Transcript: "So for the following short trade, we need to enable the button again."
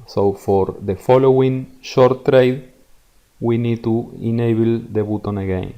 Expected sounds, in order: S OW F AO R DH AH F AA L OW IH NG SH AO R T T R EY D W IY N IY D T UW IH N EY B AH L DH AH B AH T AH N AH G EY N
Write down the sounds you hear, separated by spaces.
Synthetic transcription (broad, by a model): S OW F AO R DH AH F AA L OW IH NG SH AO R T T R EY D W IY N IY D T UW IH N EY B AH L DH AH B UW T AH N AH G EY N